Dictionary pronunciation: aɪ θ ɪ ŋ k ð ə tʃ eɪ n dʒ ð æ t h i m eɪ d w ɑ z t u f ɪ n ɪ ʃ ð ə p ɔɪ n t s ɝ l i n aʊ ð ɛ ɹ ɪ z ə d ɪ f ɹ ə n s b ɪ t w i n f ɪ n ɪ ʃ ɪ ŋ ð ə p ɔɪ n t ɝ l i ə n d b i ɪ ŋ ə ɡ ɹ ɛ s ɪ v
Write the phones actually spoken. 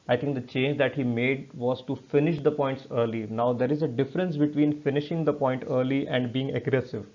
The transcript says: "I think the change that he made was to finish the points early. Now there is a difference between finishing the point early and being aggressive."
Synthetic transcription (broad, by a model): aɪ t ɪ ŋ k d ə tʃ eɪ n dʒ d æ t h i m eɪ d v ɑ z t u f ɪ n ɪ ʃ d ə p ɔɪ n t s ɝ l i n aʊ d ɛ ɹ ɪ z ə d ɪ f ɹ ə n s b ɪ t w i n f ɪ n ɪ ʃ ɪ ŋ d ə p ɔɪ n t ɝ l i ə n d b i ɪ ŋ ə ɡ ɹ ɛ s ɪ v